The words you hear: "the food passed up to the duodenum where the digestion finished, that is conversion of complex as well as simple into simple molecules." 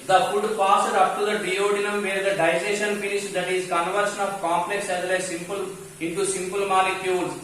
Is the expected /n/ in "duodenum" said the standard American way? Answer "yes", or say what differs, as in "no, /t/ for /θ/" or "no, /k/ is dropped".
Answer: yes